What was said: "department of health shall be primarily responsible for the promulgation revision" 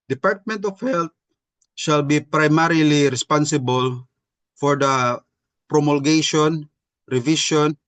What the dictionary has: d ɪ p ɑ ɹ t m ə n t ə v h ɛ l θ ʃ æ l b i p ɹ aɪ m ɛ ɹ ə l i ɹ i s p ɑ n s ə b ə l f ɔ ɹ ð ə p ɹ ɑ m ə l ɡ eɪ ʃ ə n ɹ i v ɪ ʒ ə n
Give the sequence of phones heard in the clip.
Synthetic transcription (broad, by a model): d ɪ p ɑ ɹ t m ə n t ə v h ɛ l t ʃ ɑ l b i p ɹ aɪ m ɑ ɹ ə l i ɹ i s p ɑ n s ə b ə l f ɔ ɹ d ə p ɹ ɑ m ə l ɡ eɪ ʃ ə n ɹ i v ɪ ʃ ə n